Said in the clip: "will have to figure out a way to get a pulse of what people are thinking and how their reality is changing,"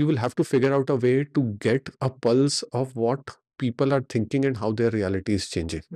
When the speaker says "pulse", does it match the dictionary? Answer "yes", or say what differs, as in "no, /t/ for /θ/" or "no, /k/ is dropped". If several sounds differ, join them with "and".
yes